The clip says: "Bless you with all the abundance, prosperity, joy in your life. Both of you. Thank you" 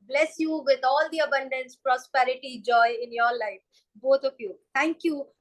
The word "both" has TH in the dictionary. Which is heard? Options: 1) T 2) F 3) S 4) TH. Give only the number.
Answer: 1